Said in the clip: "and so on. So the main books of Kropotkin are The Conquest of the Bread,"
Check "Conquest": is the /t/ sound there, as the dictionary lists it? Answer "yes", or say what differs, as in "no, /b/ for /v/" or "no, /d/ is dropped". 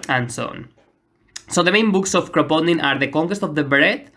yes